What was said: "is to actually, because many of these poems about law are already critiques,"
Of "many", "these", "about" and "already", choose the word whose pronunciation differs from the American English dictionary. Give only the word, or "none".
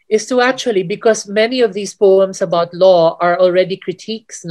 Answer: these